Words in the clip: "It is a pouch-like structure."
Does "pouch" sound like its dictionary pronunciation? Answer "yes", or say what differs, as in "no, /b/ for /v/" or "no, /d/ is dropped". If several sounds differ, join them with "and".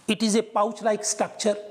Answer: yes